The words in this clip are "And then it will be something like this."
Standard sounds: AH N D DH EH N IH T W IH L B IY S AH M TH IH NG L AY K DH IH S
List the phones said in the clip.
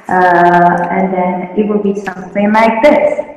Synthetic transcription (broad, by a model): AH N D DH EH N IH T W IH L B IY S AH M S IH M L AY K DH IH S